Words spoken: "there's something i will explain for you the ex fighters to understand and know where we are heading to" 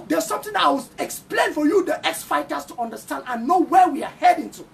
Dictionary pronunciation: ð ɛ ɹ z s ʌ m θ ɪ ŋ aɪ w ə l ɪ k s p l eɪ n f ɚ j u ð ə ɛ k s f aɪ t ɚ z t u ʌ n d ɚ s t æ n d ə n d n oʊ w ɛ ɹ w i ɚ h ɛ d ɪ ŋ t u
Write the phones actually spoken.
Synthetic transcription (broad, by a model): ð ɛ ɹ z s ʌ m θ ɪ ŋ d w ɪ k s p l eɪ n f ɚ j u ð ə ɛ k s f aɪ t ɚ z t u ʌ n d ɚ s t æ n d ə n n oʊ w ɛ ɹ w i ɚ h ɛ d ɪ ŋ t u